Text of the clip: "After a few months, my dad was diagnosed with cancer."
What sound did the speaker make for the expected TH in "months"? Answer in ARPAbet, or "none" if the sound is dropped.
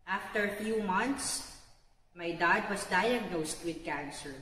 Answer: T